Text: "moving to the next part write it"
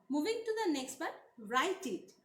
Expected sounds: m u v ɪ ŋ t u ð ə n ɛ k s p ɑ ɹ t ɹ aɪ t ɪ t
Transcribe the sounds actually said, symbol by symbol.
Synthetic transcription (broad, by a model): m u v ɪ ŋ t u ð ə n ɛ k s b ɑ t ɹ aɪ t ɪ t